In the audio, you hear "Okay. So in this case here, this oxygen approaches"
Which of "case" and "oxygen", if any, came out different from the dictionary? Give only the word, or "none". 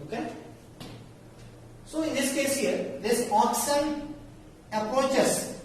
oxygen